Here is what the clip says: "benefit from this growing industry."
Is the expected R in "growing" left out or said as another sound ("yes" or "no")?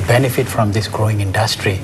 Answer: no